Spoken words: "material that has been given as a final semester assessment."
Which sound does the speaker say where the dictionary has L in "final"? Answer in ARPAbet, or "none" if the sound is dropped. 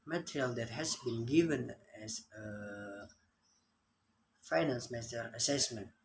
N